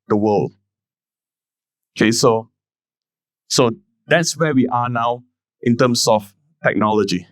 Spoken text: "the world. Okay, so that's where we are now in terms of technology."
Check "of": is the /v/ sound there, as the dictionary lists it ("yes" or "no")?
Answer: no